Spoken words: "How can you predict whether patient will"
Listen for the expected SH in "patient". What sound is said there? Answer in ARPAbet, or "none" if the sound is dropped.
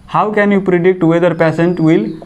S